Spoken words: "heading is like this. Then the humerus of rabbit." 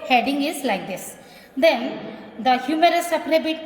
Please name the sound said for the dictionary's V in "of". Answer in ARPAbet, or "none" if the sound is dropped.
P